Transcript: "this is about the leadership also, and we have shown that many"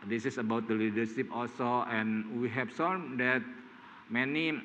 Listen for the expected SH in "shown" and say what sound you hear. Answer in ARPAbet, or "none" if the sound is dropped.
S